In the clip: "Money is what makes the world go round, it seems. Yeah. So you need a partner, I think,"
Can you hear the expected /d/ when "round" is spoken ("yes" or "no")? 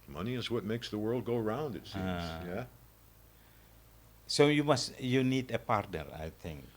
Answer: yes